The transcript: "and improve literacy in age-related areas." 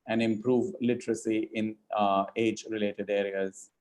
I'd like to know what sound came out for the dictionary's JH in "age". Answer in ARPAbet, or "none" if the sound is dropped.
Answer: JH